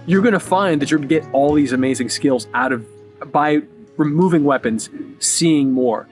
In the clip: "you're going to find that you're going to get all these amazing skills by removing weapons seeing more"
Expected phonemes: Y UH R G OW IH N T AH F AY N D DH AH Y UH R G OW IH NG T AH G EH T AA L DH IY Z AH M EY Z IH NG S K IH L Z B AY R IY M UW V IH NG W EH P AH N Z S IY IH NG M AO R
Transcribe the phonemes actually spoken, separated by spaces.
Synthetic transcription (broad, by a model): Y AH R G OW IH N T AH F AY N DH AH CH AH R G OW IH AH G EH T AA L DH IY Z AH M EY Z IH NG S K IH L Z B AY R IY M UW V IH NG W EH P AH N Z S IY IH NG M AO R